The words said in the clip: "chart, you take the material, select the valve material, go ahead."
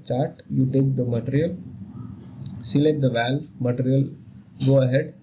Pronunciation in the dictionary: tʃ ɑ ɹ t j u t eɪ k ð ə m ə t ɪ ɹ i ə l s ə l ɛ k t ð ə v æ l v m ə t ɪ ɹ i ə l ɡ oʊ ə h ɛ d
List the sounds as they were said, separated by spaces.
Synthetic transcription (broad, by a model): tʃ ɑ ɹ t j u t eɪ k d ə m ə t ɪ ɹ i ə l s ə l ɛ t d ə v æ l m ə t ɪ ɹ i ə l ɡ oʊ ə h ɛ d